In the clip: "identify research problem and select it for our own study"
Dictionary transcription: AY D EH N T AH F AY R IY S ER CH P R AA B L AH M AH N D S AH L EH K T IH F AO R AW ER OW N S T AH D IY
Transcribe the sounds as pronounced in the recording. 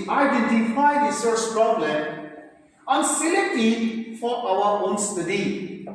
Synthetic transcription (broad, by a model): AY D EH N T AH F AY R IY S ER S P R AA B L AH M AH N S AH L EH T IH F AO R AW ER OW N S T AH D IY